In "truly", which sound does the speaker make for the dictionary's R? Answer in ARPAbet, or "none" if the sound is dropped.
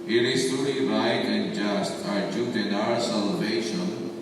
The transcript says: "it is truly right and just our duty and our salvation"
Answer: none